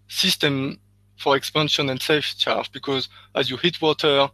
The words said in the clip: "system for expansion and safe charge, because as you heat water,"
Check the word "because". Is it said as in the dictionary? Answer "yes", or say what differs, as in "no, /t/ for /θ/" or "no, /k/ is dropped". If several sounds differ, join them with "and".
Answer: yes